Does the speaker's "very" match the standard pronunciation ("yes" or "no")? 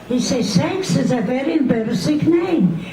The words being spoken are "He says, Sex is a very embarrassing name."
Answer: yes